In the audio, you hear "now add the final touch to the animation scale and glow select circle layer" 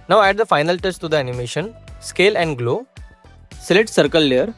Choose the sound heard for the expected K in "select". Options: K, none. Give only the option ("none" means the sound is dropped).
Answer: none